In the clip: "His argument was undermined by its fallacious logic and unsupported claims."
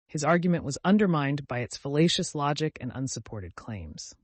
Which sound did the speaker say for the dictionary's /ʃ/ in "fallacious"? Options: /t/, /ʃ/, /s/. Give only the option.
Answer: /ʃ/